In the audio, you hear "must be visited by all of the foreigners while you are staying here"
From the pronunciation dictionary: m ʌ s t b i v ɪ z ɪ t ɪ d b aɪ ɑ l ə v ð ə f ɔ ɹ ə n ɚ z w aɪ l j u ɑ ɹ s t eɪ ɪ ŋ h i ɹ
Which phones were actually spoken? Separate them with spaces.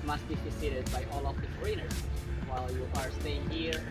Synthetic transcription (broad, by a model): m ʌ s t b i f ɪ s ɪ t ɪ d b aɪ ɑ l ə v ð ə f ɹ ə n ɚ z w aɪ l j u ɑ ɹ s t eɪ ɪ ŋ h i ɹ